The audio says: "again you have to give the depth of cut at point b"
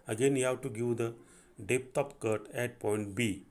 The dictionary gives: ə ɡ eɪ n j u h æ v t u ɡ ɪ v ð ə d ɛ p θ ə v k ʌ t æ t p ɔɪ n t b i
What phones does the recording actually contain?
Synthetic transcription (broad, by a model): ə ɡ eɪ n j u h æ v t u ɡ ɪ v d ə d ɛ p t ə p k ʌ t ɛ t p ɔɪ n t b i